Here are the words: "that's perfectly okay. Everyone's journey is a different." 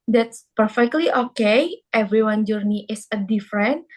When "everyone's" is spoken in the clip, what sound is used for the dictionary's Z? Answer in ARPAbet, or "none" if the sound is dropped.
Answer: none